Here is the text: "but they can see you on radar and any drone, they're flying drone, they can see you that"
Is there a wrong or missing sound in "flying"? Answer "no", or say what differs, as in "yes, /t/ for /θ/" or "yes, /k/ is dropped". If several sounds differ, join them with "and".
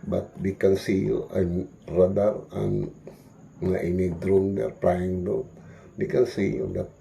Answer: yes, /p/ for /f/